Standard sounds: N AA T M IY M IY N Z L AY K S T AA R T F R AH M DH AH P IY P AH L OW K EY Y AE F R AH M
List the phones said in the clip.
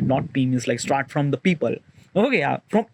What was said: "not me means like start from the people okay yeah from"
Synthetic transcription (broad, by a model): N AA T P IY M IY Z L AY K S T AA R T F R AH M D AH P IY P AH L OW K EY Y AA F R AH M